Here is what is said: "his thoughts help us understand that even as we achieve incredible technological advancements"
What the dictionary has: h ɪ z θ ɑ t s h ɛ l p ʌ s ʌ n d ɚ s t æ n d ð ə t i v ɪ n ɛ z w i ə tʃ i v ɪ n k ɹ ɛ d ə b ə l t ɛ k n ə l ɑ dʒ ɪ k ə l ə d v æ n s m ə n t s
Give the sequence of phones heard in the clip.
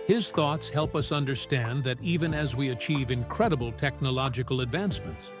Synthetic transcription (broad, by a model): h ɪ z θ ɑ t s h ɛ l p ʌ s ʌ n d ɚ s t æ n ð ə t i v ɪ n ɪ z w i ə tʃ i v ɪ n k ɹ ɛ d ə b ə l t ɛ k n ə l ɑ dʒ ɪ k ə l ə d v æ n s m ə n t s